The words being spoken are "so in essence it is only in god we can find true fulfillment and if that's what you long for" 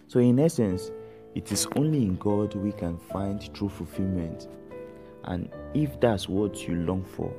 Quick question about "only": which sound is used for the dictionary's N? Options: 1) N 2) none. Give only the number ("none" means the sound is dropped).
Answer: 1